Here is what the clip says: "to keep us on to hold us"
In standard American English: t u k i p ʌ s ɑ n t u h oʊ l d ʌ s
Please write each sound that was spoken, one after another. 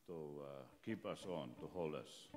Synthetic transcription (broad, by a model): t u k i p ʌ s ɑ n t u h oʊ l ʌ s